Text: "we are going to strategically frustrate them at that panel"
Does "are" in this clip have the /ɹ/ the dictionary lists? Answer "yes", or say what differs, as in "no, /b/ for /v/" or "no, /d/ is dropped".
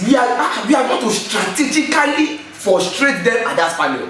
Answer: no, /w/ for /ɹ/